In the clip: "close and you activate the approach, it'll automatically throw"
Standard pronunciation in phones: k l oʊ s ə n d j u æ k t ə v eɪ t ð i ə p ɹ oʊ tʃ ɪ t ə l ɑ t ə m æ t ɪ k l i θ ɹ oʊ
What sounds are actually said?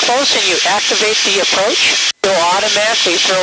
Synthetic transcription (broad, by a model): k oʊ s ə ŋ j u æ k t ə v eɪ t ð i ə p ɹ oʊ tʃ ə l ɑ t ə m æ t ɪ k l i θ ɹ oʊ